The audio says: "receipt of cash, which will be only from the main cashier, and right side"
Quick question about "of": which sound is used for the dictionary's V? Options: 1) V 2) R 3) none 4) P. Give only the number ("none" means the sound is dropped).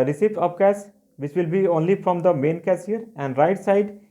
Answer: 4